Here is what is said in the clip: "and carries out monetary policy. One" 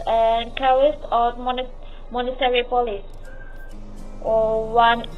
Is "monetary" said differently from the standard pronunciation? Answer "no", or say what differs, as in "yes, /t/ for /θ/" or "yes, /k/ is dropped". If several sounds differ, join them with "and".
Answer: no